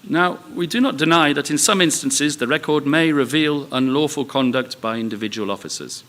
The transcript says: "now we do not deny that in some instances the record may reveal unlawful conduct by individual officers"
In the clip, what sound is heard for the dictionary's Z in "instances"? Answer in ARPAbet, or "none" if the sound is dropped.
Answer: Z